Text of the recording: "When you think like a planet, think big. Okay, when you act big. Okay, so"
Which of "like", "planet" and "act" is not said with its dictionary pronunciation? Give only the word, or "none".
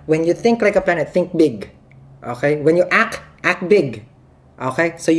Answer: planet